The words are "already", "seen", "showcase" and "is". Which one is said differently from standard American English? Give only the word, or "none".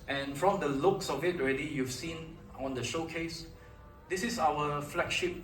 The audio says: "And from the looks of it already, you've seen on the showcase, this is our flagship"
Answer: is